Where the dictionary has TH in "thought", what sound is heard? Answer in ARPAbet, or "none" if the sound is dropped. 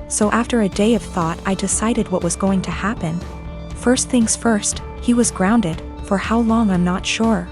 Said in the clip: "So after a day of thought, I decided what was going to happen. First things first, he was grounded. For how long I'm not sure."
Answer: TH